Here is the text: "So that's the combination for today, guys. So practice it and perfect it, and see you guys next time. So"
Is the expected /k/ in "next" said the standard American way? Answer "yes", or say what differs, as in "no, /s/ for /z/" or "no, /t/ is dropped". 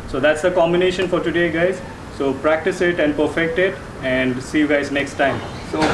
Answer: yes